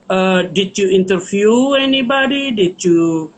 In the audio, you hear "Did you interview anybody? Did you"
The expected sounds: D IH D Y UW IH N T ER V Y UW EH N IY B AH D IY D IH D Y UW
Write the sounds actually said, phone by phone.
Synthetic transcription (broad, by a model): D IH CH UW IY N T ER F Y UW EH N IY B AH D IY D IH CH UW